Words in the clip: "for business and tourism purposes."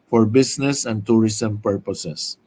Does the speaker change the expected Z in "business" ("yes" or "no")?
yes